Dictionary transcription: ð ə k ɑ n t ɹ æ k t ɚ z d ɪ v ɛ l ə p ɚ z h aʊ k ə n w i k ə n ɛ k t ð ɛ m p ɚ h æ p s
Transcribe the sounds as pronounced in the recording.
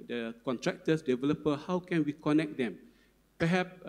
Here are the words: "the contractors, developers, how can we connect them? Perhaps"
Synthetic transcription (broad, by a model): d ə k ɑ n t ɹ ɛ k t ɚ s d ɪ v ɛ l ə p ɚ h aʊ k ə n w i k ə n ɛ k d ɛ m p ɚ h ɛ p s